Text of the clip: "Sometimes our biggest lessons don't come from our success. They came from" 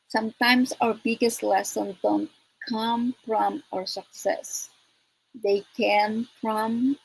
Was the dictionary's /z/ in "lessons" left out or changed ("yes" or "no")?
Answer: yes